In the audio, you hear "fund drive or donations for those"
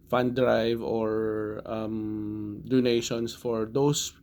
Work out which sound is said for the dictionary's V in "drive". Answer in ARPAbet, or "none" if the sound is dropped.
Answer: V